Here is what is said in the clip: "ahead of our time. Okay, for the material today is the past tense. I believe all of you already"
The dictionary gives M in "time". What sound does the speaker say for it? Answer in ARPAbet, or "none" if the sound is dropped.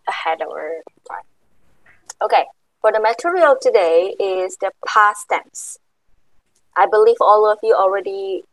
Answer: none